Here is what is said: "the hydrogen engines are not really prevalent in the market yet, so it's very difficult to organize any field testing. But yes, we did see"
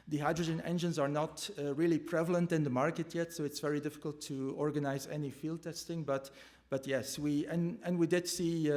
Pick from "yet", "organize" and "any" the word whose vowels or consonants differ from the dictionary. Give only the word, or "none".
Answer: none